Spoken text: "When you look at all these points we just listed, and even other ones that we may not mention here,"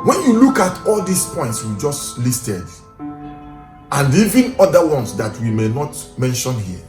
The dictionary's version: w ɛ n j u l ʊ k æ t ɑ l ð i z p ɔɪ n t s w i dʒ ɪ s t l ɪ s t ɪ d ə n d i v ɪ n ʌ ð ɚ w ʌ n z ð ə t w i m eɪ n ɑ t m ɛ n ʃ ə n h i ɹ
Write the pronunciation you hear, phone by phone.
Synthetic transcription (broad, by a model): w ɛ n j u l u k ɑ t ɑ l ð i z p ɔɪ n t s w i dʒ ɪ s t l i s t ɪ d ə n i v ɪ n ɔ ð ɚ w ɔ n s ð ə t w i m eɪ n ɑ t m ɛ n ʃ ə n h i